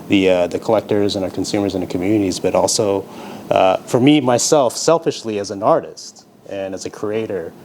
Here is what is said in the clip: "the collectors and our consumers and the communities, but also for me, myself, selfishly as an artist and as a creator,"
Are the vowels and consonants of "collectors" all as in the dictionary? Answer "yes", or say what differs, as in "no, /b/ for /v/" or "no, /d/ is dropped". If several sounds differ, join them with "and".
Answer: yes